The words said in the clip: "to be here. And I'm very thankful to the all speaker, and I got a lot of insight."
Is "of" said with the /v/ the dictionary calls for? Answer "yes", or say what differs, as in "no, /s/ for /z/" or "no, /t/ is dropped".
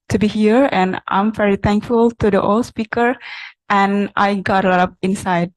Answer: no, /p/ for /v/